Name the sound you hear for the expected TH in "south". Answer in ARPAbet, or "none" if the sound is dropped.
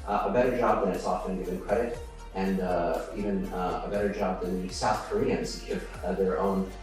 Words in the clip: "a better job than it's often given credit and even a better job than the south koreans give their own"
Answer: TH